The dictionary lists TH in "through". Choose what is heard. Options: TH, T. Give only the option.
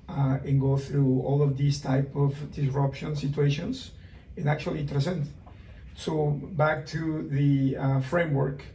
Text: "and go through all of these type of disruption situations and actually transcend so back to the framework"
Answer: TH